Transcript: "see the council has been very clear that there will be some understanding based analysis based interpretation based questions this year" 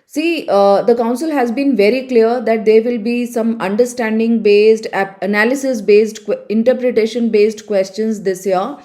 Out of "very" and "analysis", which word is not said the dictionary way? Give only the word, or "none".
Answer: none